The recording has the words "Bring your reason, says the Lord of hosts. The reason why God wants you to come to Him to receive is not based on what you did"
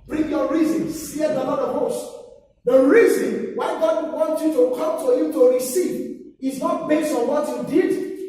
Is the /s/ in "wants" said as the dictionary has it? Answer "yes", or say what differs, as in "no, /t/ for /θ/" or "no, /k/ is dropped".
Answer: no, /s/ is dropped